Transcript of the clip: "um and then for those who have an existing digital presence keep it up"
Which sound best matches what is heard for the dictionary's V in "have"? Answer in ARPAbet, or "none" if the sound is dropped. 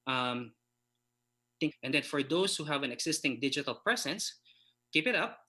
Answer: V